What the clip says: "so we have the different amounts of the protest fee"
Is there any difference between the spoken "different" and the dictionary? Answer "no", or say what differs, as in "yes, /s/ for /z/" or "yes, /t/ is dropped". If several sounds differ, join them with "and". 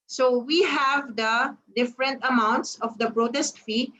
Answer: no